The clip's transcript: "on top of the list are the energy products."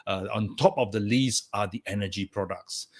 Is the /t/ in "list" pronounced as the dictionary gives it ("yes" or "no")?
no